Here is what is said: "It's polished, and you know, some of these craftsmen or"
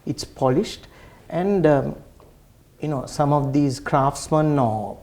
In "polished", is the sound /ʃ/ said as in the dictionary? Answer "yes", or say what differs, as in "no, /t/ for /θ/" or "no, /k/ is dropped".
yes